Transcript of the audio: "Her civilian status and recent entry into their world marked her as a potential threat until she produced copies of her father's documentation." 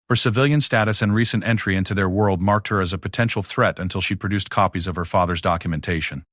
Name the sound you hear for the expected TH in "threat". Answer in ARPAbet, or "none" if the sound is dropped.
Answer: TH